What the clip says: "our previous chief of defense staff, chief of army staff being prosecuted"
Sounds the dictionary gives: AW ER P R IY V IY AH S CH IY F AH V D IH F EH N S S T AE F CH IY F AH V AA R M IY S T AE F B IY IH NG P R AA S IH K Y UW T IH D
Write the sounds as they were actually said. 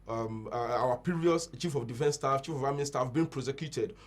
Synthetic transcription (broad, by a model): AW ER P IY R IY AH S CH IY F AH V D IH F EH N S S T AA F CH IY F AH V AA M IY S T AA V B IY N P R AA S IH K Y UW T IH D